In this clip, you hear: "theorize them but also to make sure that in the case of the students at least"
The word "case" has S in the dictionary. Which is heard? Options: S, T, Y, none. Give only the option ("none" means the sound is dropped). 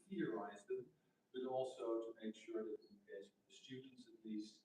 none